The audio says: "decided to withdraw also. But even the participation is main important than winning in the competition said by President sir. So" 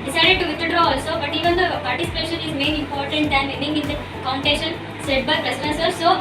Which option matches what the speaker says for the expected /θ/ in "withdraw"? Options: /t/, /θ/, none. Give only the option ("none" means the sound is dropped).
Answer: /t/